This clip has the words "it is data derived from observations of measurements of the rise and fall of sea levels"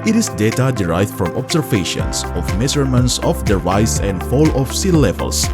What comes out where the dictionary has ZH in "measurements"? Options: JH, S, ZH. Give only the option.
S